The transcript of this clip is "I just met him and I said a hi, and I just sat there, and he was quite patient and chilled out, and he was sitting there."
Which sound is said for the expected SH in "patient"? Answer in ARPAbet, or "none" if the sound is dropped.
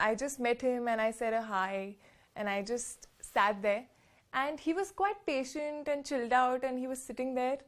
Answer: SH